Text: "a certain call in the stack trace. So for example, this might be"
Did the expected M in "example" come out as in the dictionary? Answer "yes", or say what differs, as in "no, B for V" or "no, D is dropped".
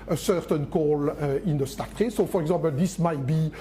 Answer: no, M is dropped